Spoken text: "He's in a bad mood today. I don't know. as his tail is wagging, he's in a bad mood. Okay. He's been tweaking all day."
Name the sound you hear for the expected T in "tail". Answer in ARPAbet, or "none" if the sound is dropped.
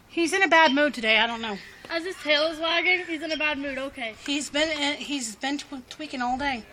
S